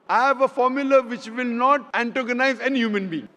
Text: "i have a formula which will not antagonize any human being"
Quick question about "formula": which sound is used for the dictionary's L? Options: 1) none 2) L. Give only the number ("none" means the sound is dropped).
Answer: 2